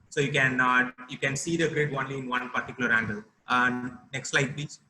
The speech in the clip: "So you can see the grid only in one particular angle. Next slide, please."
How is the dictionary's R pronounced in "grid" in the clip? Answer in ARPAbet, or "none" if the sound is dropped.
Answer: R